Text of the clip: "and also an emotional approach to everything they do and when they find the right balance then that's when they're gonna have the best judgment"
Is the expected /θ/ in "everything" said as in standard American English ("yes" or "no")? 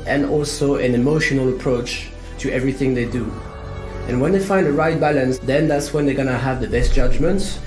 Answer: yes